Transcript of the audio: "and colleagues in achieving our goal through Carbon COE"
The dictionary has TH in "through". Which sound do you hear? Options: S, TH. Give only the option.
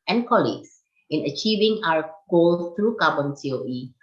S